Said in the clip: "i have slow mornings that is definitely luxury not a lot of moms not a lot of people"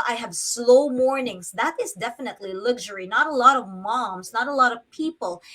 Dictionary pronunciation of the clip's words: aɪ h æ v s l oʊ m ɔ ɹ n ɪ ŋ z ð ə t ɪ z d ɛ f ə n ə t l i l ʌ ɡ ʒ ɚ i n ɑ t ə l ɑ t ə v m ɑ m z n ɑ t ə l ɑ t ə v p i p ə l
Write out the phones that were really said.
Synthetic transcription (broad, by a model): aɪ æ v s l oʊ m ɔ ɹ n ɪ ŋ z ð ə t ɪ z d ɛ f ə n ə t l i l ʌ ɡ ʒ ɚ i n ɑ t ə l ɑ t ə v m ɑ m z n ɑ t ə l ɑ t ə v p i p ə l